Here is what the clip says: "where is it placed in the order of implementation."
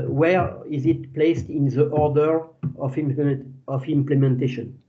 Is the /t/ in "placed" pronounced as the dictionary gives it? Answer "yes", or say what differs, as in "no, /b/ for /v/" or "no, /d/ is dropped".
yes